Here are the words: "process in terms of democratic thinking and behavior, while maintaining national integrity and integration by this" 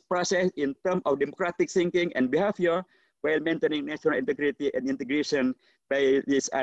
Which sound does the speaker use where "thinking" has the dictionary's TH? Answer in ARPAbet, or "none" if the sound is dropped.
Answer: S